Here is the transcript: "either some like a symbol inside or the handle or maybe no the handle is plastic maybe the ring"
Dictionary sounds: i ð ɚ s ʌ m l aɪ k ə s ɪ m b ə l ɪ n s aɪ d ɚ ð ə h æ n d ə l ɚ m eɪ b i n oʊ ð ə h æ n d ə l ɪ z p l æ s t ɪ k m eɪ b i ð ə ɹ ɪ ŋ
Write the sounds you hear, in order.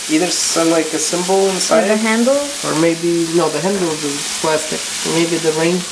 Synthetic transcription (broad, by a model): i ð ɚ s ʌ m l aɪ k ə s ɪ m b l ɪ n s aɪ d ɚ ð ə h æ n d l ɚ m eɪ b i n oʊ ð ə h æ n d l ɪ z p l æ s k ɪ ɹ m eɪ b i ð ə ɹ ɪ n